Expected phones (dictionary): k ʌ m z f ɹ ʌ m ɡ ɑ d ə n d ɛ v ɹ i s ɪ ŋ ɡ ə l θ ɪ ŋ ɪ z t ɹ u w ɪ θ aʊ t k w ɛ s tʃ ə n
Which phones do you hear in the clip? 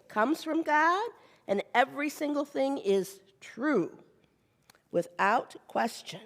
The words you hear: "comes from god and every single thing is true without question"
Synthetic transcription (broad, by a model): k ʌ m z f ɹ ʌ m ɡ ɑ d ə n ɛ v ɹ i s ɪ ŋ ɡ l θ ɪ ŋ ɪ z t ɹ u w ɪ θ aʊ t k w ɛ s tʃ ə n